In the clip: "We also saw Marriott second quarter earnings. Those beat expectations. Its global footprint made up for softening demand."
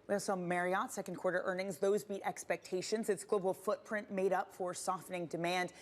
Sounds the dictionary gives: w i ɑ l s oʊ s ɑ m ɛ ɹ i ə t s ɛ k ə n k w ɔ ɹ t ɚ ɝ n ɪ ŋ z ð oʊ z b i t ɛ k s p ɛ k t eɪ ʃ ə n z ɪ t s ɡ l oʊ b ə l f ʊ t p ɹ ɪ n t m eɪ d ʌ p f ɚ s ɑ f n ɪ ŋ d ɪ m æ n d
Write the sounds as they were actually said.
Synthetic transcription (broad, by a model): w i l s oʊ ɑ m ɛ ɹ i ə t s ɛ k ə n k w ɔ ɹ t ɚ ɝ n ɪ ŋ z ð oʊ z b i t ɛ k s p ɛ k t eɪ ʃ ə n z ɪ t s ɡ l oʊ b l f ʊ t p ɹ ɪ n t m eɪ d ʌ p f ɚ s ɑ f n ɪ ŋ d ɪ m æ n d